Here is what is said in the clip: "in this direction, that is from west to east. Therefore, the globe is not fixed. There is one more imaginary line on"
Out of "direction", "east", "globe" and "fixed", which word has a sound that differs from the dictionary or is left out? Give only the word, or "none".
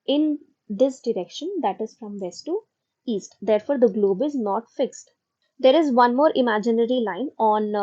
none